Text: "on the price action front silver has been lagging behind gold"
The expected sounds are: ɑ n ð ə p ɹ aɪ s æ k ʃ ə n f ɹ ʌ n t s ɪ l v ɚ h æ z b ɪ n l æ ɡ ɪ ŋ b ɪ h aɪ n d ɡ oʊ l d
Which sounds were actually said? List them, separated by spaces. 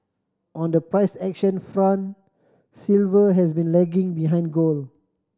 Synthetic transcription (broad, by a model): ɑ n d ə p ɹ aɪ s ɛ k ʃ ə n f ɹ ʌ n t s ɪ l v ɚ h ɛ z b ɪ n l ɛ ɡ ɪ ŋ b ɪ h aɪ n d ɡ oʊ l